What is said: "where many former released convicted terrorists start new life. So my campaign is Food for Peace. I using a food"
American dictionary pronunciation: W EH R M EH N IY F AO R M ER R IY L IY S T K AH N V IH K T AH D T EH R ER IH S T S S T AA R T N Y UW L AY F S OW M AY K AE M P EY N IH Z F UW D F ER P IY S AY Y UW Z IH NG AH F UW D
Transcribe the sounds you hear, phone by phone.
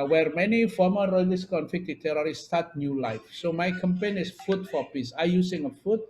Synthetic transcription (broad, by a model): W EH R M EH N IY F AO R M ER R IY L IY S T K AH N F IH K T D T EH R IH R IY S S T AA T N Y UW L AY F S OW M AY K AE M P EY N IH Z F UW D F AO P IY S AY Y UW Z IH NG AH F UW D